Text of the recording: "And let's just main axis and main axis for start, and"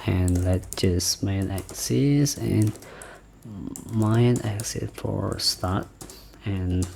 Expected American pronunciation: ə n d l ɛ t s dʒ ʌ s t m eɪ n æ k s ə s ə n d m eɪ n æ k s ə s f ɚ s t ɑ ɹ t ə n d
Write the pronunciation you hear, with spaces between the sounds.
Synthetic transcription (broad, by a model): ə n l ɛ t dʒ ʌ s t m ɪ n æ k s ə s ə n m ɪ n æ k s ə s f ɚ s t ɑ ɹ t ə n